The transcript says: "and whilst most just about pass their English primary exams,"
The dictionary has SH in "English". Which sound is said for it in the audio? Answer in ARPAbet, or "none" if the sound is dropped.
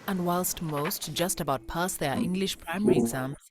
SH